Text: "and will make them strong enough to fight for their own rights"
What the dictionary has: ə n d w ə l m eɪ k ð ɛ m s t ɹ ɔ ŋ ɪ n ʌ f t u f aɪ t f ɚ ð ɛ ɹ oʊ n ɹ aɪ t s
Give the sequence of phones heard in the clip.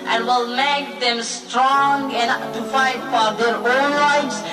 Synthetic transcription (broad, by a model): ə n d w ə l m eɪ k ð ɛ m s t ɹ ɔ ŋ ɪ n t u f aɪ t f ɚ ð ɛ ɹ oʊ n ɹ aɪ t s